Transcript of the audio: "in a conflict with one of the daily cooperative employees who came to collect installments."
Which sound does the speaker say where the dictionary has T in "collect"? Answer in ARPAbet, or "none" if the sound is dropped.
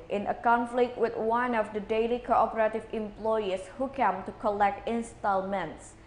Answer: T